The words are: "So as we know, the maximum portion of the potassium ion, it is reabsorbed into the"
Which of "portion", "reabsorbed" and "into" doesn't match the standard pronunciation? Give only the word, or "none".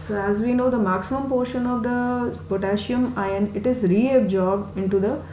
reabsorbed